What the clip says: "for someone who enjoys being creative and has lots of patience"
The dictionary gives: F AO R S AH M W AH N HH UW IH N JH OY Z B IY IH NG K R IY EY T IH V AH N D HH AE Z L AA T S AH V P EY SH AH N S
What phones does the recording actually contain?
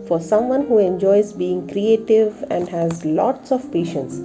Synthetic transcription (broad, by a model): F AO R S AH M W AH N HH UW IH N JH OY Z B IY IH NG K R IY EY T IH V AH N D HH AE Z L AA T S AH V P EY SH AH N S